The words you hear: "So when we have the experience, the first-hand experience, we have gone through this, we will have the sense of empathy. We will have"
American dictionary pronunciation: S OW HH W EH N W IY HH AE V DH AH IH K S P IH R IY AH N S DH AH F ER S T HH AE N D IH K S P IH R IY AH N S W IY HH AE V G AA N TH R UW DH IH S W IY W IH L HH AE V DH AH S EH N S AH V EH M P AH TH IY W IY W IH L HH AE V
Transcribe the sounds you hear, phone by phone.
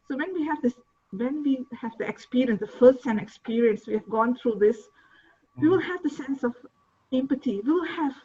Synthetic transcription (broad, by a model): S OW HH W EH N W IY HH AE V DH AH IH K S P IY R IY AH N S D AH F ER S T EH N IH K S P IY R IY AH N S W IY HH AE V G AA N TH R UW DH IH S W IY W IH L HH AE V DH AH S EH N S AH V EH M P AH T IY W IY W IH L HH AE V